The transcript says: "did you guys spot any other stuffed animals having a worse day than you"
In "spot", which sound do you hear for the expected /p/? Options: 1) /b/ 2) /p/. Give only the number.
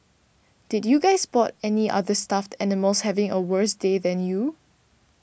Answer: 1